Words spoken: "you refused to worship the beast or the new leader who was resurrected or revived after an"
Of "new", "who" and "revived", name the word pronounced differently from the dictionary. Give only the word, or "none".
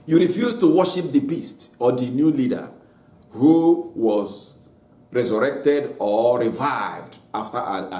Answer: none